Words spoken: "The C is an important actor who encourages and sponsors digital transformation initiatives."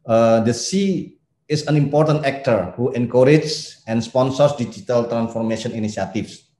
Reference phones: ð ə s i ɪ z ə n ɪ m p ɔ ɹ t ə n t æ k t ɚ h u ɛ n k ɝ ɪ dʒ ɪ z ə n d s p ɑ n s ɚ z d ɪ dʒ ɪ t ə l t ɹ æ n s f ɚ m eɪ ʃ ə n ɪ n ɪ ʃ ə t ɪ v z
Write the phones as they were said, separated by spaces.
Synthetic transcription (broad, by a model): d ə s i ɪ s ə n ɪ m p ɔ ɹ t ə n t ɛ k t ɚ h u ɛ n k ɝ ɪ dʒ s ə n s p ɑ n s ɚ s d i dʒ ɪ t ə l t ɹ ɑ n s f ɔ m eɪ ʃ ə n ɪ n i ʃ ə t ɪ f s